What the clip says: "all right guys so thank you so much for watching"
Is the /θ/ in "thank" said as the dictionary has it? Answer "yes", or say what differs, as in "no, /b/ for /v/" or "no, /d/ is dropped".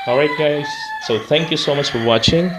yes